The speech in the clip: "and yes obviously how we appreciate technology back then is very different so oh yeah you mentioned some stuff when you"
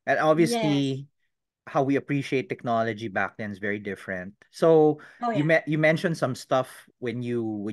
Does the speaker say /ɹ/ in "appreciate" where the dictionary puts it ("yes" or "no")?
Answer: yes